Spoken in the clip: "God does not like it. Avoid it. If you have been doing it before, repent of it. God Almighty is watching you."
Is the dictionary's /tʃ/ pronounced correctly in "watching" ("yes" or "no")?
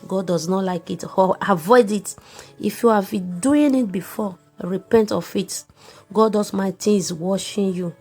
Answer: no